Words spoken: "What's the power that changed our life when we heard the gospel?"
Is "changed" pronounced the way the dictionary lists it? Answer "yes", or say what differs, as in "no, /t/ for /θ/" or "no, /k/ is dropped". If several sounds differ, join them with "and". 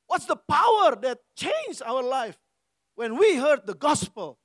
no, /d/ is dropped